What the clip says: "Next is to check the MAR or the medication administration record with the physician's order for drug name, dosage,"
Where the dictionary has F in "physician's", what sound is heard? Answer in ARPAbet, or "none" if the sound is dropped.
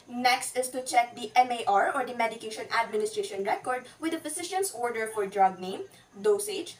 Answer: P